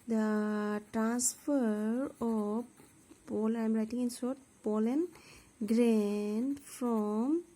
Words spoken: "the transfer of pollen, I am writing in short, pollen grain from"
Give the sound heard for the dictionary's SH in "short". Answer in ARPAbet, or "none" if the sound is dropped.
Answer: S